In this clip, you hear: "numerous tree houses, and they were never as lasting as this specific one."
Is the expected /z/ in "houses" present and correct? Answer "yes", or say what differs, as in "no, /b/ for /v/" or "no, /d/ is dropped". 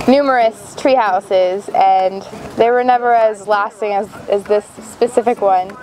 yes